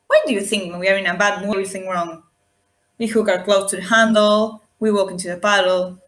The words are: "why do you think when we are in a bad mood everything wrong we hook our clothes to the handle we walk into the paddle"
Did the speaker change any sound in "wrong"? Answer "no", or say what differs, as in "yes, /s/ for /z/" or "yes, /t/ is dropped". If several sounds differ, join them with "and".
no